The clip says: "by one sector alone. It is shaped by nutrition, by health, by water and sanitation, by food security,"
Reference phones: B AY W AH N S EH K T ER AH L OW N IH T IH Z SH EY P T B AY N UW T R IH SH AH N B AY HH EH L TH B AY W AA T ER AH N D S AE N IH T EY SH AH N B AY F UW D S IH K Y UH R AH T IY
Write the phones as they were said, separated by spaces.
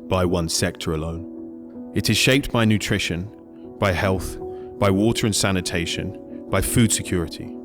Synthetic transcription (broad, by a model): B AY W AH N S EH K T ER AH L OW N IH T IH Z SH EY P T B AY N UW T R IH SH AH N B AY HH EH L TH B AY W AA T ER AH N S AE N IH T EY SH AH N B AY F UW D S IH K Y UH R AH T IY